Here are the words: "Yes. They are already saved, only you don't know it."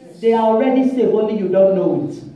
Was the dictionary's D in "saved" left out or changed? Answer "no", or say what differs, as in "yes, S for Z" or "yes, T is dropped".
yes, D is dropped